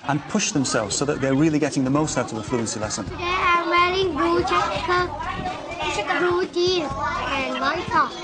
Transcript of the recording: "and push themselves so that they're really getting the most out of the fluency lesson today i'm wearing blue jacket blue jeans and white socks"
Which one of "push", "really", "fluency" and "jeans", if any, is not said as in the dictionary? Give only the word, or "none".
jeans